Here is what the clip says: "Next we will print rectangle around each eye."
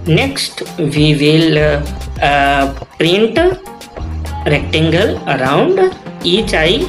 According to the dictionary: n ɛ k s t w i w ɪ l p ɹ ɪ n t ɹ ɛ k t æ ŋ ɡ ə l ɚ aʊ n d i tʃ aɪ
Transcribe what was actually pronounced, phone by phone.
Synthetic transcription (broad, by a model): n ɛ k s t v i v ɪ l p ɹ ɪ n t ɹ ɛ k t æ ŋ ɡ ə l ɚ aʊ n d i tʃ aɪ